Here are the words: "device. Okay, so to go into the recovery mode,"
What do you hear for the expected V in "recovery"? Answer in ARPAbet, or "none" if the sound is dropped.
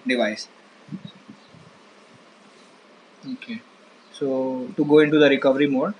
V